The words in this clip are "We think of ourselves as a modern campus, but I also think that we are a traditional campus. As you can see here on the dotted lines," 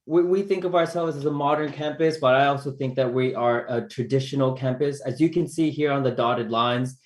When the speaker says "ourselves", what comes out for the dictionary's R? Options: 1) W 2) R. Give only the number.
2